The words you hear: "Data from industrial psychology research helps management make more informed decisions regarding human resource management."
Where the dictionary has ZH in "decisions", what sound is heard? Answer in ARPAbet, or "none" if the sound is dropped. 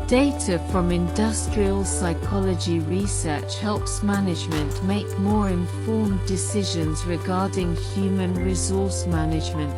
ZH